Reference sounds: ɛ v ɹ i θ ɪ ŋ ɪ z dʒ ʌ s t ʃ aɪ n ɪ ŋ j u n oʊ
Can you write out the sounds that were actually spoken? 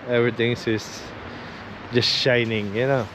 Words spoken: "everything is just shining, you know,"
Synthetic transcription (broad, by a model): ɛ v ɹ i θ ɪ ŋ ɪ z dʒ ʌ s t ʃ aɪ n ɪ ŋ j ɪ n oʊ